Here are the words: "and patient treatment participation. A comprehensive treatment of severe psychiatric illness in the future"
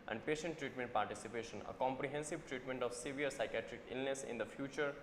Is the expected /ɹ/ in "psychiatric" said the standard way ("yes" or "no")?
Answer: yes